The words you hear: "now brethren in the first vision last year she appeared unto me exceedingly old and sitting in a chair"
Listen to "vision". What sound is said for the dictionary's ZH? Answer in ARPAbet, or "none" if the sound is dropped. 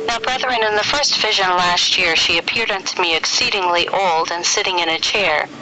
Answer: ZH